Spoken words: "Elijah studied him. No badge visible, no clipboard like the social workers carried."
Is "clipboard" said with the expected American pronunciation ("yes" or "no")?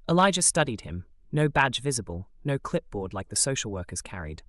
yes